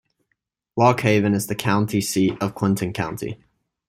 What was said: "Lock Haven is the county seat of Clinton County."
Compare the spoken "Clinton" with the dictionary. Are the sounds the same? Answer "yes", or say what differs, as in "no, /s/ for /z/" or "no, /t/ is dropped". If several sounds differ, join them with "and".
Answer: no, /w/ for /l/